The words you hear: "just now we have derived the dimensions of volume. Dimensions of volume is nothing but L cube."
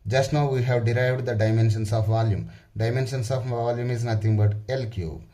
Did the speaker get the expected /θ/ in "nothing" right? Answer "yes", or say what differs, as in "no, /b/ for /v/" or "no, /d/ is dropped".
no, /t/ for /θ/